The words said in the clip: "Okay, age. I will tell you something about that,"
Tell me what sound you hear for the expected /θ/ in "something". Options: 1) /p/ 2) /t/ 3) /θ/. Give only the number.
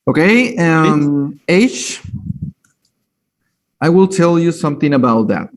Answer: 3